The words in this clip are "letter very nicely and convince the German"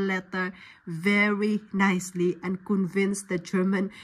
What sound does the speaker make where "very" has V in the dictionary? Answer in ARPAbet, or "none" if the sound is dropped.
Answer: V